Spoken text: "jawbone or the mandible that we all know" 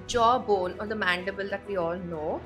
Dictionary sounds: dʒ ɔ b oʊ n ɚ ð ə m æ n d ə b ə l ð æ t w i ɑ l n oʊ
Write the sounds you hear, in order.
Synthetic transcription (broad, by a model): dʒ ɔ b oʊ n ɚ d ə m æ n d ə b ə l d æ t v i ɑ l n oʊ